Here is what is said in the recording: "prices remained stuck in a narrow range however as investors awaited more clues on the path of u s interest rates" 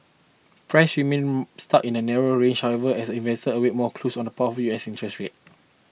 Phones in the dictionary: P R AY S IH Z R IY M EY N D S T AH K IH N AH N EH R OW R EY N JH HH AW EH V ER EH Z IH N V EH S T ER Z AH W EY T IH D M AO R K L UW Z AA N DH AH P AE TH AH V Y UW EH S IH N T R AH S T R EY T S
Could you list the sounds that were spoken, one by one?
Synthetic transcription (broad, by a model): P R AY S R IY M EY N S T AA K IH N AH N EH R OW R EY N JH HH AW EH V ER EH S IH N V EH S T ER AH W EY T M AO K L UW S AA N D AH P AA T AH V Y UW EH S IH N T R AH S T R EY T